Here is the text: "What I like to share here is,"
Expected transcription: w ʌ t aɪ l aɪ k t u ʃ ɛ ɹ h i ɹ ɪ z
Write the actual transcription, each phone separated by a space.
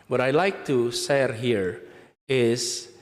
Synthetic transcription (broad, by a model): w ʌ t aɪ l aɪ k t u s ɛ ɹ h i ɹ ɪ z